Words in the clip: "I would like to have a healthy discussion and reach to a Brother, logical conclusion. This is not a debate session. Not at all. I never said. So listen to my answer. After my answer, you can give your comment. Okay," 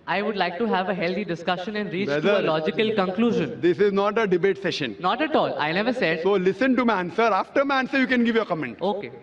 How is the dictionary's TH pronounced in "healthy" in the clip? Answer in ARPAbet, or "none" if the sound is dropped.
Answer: T